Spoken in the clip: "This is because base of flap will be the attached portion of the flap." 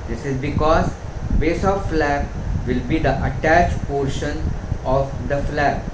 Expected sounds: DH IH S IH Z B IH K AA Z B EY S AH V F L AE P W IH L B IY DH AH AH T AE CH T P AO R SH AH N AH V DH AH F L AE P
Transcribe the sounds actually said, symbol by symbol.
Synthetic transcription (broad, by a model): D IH S IH Z B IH K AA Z B EY S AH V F L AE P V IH L B IY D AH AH T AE CH P AO R SH AH N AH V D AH F L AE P